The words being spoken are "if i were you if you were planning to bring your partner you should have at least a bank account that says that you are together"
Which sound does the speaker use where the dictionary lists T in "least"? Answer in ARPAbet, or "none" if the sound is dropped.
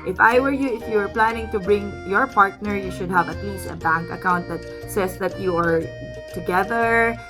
none